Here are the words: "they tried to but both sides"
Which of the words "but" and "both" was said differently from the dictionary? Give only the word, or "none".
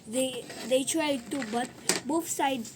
both